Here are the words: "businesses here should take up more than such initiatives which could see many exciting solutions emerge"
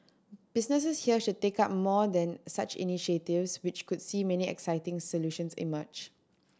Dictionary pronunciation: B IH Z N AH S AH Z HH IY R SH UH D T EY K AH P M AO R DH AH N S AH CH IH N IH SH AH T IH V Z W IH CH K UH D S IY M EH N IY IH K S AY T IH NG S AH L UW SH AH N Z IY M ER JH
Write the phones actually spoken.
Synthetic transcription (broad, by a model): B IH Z N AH S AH S HH IY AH SH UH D T EY K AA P M AO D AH N S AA CH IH N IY SH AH T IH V S W IH CH K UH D S IY M EH N IY IH K S AY T IH NG S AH L UW SH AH N S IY M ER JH